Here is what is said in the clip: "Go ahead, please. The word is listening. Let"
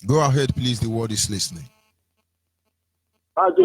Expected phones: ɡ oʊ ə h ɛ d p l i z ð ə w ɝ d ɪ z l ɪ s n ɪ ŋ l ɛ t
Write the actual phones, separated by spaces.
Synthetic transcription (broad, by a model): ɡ oʊ ə h ɛ d p l i z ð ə w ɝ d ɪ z l ɪ s n ɪ ŋ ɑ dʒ